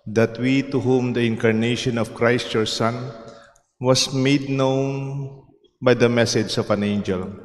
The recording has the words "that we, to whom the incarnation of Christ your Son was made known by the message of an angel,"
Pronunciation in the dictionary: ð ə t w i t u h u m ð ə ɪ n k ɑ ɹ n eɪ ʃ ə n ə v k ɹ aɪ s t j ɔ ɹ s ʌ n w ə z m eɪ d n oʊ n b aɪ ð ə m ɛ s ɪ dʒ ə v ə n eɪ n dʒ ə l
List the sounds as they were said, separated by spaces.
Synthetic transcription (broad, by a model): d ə t w i t u h u m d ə ɪ n k ɑ ɹ n eɪ ʃ ə n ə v k ɹ aɪ s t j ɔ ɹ s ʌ n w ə s m eɪ d n oʊ n b aɪ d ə m ɛ s ɪ dʒ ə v ə n eɪ n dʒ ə l